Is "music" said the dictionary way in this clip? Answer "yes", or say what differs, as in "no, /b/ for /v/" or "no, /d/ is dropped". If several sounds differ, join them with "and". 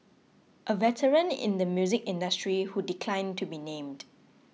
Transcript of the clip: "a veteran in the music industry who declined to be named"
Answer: yes